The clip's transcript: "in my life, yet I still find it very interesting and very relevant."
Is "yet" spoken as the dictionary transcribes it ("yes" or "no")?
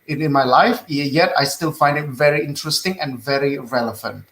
yes